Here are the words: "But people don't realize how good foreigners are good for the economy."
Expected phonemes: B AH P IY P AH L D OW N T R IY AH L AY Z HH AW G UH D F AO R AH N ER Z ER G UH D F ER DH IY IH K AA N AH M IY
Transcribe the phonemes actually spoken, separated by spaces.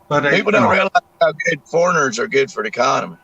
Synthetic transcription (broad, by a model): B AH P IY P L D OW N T R IY AH L AY Z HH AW G UH D F AO R AH N ER Z ER G UH D F ER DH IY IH K AA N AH M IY